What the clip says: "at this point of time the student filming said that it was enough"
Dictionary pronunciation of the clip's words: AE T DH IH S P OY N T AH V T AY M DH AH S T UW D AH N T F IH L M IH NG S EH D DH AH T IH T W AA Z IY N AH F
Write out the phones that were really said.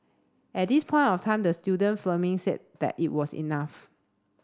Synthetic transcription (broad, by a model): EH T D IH S P OY N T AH F T AY M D AH S T UW D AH N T F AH M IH NG S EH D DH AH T IH T W AA S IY N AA F